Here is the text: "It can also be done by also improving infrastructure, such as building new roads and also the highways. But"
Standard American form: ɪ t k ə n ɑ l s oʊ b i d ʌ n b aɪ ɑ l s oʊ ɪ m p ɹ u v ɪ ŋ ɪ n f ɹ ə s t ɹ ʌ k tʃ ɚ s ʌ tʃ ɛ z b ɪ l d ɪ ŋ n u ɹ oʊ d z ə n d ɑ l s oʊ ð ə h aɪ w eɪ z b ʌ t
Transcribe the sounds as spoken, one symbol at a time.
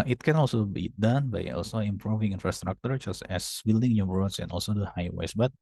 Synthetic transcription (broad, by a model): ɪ t k ə n ɑ l s oʊ b i d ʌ n b aɪ ɑ l s oʊ ɪ m p ɹ u v ɪ ŋ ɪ n f ɹ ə s t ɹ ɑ k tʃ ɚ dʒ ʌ s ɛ s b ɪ l d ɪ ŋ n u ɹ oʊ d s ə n ɑ l s oʊ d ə h aɪ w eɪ s b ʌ t